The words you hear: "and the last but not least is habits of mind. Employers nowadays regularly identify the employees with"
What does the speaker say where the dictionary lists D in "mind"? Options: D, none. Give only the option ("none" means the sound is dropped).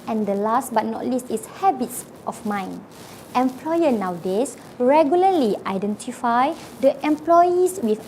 none